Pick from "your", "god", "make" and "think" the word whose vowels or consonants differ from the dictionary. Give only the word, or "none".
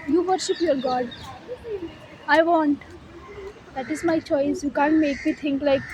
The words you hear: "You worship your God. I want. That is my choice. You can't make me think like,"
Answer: think